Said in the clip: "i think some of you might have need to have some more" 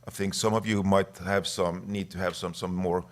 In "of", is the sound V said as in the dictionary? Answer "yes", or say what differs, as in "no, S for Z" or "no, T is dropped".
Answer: yes